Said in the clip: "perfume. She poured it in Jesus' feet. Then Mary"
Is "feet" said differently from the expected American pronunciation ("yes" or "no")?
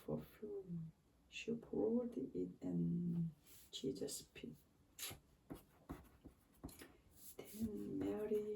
yes